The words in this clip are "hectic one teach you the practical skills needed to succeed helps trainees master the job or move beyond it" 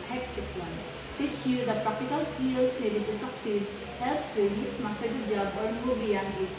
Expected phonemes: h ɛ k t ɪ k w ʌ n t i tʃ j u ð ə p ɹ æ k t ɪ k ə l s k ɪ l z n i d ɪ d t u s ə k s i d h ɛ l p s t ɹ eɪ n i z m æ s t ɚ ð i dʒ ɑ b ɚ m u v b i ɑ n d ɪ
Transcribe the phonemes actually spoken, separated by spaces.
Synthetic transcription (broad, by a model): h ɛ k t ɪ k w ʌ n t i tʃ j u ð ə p ɹ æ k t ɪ k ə l s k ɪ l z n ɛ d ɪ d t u s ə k s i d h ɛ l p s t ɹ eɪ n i s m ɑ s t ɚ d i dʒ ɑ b ɚ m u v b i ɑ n ɪ